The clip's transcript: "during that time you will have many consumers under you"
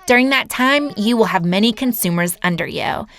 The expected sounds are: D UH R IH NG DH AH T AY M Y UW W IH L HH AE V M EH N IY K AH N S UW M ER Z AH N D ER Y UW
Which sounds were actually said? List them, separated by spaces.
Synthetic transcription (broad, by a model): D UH R IH NG DH AH T AY M Y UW W IH L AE V M EH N IY K AH N S UW M ER Z AH N D ER Y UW